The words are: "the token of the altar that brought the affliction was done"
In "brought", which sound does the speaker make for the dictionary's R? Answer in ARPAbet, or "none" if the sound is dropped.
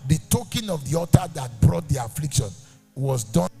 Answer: R